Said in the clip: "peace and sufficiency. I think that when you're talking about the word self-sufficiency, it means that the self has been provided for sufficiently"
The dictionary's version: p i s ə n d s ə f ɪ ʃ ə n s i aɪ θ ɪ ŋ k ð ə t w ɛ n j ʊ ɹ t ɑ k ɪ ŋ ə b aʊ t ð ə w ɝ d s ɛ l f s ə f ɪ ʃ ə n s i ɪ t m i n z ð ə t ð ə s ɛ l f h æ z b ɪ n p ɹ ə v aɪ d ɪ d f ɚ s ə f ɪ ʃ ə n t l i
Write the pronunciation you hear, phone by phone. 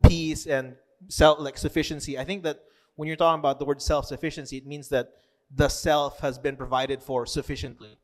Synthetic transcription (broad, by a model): p i s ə n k s ə f ɪ ʃ ə n s i aɪ θ ɪ ŋ k ð ə t w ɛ n j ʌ ɹ t ɑ k ɪ ŋ ə b aʊ t ð ə w ɝ d s ɛ l f s ə f ɪ ʃ ə n s i ɪ t m i n z ð ə t ð ə s ɛ l f h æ z b ɪ n p ɹ ə v aɪ d ɪ d f ɚ s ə f ɪ ʃ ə n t l i